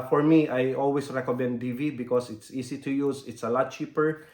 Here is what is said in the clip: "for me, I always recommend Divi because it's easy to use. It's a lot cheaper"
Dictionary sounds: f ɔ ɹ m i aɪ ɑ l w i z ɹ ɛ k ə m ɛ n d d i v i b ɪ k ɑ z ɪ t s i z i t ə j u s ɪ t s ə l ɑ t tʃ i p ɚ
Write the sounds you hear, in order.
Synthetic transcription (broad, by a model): f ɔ ɹ m i aɪ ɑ l w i s ɹ ɛ k ə m ɛ n d d i v i b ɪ k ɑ s ɪ t s i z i t ə j u s ɪ t s ə l ɑ t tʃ i p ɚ